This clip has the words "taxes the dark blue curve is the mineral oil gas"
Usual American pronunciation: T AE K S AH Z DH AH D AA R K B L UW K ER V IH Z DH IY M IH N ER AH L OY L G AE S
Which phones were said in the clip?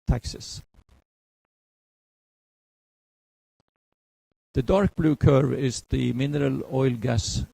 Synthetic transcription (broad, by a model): T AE K S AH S DH AH D AA R K B L UW K ER V IH S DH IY M IH N ER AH L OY L G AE S